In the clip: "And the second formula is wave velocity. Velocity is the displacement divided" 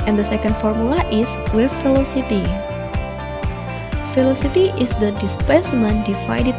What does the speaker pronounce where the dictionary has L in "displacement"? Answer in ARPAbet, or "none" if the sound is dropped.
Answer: none